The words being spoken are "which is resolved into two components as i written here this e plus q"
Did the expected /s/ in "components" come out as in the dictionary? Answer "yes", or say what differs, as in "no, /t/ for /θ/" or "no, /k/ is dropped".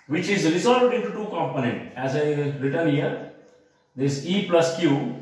no, /s/ is dropped